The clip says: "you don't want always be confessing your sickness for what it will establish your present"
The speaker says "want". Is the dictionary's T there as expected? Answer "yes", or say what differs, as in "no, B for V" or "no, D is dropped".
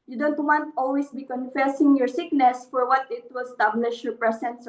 yes